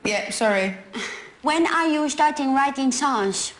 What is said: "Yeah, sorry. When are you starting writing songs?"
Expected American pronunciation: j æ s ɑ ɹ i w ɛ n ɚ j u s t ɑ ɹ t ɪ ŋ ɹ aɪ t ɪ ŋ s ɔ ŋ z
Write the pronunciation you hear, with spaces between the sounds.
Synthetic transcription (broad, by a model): j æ s ɑ ɹ i w ɛ n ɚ j u s t ɑ ɹ t ɪ ŋ ɹ aɪ t ɪ ŋ s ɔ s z